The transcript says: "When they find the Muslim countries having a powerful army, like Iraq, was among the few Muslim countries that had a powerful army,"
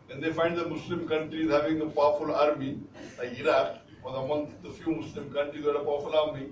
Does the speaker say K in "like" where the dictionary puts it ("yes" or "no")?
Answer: no